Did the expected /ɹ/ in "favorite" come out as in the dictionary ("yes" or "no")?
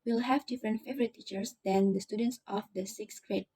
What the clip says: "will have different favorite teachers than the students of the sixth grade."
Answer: yes